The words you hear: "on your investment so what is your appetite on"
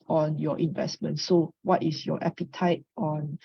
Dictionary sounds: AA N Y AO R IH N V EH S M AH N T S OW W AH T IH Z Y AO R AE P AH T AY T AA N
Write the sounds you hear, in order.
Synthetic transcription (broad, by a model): AA N Y AO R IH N V EH S M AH N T S OW W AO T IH S Y AO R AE P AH T AY T AA N